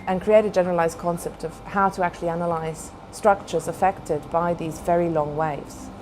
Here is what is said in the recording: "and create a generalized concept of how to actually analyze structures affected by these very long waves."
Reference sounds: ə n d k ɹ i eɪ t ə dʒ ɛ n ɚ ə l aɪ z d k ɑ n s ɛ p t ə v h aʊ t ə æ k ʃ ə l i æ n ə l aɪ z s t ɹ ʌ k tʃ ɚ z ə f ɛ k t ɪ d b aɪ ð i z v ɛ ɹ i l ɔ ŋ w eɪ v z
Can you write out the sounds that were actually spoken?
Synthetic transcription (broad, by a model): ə n k ɹ i eɪ t ə dʒ ɛ n ɚ ə l aɪ z d k ɑ n s ɛ p t ə v h aʊ t ə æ k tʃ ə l i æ n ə l aɪ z s t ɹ ʌ k tʃ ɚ z ə f ɛ k t ɪ d b aɪ ð i z v ɛ ɹ i l ɔ ŋ w eɪ v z